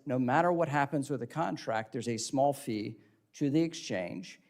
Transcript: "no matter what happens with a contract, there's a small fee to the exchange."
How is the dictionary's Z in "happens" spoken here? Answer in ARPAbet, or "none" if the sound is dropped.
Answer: Z